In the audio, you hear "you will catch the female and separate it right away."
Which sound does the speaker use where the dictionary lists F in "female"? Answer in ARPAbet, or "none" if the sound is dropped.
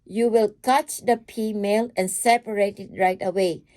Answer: P